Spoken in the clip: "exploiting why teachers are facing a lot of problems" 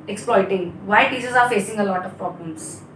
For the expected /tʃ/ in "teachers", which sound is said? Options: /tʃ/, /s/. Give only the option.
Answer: /s/